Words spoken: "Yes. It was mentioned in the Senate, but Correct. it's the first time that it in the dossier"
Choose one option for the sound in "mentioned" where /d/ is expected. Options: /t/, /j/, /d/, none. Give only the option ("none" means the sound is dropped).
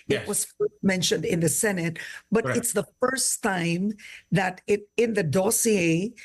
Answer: /d/